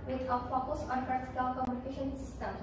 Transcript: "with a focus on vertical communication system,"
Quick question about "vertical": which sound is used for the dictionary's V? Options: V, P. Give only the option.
P